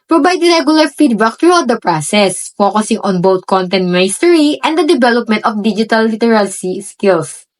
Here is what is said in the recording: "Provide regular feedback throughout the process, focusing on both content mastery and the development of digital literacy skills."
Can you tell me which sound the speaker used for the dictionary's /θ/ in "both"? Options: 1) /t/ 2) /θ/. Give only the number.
1